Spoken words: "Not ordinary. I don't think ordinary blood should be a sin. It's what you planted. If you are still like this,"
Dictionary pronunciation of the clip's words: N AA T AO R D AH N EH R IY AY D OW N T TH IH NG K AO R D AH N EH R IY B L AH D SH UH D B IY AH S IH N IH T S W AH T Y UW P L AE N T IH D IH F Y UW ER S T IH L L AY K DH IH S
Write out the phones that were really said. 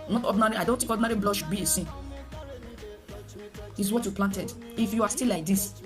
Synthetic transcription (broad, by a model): N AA T AO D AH N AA R IY AY D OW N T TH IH K AO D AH N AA R IY B L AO SH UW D B IY AH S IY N IH T S W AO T Y UW P L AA N T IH D IH F Y UW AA S T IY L L AY K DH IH S